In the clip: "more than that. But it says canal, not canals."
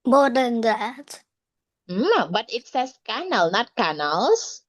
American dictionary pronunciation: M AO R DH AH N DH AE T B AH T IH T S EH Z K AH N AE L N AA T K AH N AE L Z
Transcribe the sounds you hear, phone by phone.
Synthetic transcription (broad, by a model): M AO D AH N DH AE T B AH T IH T S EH S K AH N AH L N AA T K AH N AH L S